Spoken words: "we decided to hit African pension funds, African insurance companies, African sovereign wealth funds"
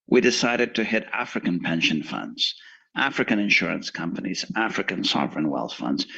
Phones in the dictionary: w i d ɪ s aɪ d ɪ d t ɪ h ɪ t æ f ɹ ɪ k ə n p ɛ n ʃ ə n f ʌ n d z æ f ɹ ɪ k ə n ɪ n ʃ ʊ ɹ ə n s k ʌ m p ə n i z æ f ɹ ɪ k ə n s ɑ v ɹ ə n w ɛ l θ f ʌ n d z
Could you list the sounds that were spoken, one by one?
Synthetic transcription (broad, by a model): w i d ɪ s aɪ d ɪ d t ɪ h ɪ t æ f ɹ ɪ k ə n p ɛ n ʃ ə n f ʌ n d z æ f ɹ ɪ k ə n ɪ n ʃ ʊ ɹ ə n s k ʌ m p ə n i z æ f ɹ ɪ k ə n s ɑ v ɹ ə n w ɛ l θ f ʌ n d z